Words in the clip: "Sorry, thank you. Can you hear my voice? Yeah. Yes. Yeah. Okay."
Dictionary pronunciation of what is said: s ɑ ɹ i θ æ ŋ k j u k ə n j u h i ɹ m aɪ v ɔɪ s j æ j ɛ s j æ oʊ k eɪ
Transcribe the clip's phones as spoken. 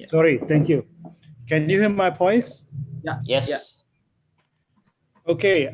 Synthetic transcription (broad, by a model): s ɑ ɹ i t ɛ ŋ k j u k ə n j u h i m aɪ p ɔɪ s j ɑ j ɛ s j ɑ oʊ k eɪ